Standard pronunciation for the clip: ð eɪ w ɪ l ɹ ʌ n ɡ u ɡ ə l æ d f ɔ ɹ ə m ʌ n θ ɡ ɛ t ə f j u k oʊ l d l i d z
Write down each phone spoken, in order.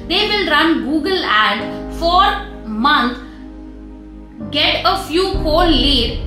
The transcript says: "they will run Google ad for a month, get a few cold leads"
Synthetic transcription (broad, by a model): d eɪ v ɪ l ɹ ʌ n ɡ u ɡ ə l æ d f ɔ ɹ m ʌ n t ɡ ɛ t ə f j u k oʊ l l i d